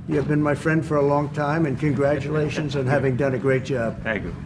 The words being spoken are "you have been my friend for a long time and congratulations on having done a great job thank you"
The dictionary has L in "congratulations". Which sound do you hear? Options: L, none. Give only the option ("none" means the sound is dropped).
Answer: L